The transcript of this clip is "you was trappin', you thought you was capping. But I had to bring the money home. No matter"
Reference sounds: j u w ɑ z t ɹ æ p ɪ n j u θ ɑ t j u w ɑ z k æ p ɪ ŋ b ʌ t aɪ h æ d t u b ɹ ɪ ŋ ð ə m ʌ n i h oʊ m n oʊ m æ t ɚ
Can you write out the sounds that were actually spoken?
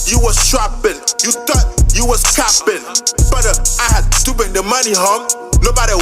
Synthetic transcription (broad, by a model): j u w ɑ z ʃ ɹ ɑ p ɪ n j u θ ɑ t j u w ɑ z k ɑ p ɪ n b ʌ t aɪ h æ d t u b ɪ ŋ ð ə m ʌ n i h oʊ m n oʊ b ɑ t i